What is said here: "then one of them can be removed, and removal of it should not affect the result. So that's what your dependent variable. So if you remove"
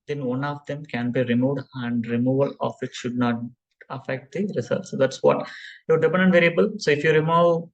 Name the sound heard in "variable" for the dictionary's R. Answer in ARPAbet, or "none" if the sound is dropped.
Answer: R